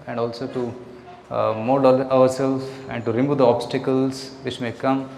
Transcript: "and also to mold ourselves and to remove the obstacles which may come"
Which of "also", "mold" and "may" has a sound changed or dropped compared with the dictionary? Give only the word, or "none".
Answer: mold